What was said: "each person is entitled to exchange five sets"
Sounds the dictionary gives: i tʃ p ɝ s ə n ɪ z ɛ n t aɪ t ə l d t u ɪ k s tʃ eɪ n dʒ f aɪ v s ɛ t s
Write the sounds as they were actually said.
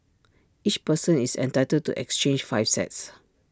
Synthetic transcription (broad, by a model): i tʃ p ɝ s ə n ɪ s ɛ n t aɪ t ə d t u ɪ k s tʃ eɪ n dʒ f aɪ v s ɛ t s